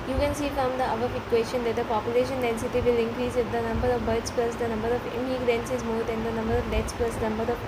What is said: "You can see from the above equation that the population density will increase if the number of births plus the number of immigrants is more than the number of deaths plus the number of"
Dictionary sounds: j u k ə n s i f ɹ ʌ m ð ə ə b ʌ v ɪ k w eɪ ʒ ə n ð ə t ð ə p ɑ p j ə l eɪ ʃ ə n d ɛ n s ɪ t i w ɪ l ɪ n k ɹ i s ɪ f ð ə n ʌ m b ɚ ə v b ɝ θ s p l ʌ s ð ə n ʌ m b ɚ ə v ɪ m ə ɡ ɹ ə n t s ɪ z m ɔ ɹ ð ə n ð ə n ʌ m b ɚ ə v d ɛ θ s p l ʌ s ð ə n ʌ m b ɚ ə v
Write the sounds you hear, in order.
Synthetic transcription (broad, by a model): j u k ə n s i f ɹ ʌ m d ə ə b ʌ f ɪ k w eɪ ʃ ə n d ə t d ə p ɑ p j ə l eɪ ʃ ə n d ɛ n s ɪ t i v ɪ l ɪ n k ɹ i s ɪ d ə n ʌ m b ɚ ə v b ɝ t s p l ʌ s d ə n ʌ m b ɚ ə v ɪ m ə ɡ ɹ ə n s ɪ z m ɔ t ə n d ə n ʌ m b ɚ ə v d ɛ t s p l ʌ s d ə n ʌ m b ɚ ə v